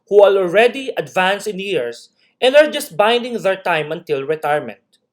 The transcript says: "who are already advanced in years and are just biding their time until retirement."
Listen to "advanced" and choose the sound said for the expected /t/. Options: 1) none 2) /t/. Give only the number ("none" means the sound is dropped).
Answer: 1